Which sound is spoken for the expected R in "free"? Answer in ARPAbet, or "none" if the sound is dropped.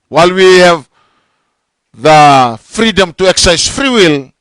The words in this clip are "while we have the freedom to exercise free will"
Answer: R